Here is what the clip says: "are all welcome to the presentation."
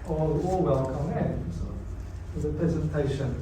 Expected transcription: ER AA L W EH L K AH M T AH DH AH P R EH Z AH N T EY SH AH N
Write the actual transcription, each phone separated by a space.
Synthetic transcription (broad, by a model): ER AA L W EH L K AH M S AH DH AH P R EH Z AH N T EY SH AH N